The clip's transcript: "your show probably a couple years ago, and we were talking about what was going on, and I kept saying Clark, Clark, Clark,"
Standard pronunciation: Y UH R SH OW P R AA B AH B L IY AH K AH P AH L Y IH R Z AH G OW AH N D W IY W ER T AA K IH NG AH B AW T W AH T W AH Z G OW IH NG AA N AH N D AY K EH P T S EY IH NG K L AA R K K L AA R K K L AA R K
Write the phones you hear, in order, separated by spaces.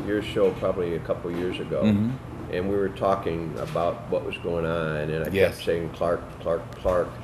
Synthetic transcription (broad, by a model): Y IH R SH OW P R AA B AH B L IY AH K AH P L Y IH R Z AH G OW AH N W IY W ER T AA K IH NG AH B AW T W AH T W AH Z G OW IH NG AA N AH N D AY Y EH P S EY IH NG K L AA R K K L AA R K K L AA R K